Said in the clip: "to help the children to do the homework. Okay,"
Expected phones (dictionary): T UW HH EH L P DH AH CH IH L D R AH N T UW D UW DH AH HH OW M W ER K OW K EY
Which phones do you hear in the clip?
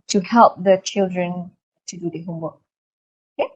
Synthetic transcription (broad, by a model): T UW HH EH L P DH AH CH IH L D R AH N T UW D UW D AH HH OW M W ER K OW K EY